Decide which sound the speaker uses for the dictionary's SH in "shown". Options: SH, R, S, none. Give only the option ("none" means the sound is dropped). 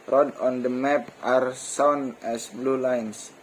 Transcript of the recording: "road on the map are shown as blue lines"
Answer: S